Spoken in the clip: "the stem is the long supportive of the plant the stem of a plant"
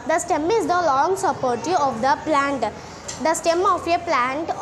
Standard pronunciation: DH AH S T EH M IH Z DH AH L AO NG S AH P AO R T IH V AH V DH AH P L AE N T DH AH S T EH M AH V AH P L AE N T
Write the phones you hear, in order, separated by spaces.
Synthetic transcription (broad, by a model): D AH S T EH M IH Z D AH L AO NG S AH P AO R T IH AH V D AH P L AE N T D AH S T EH M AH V AH P L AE N T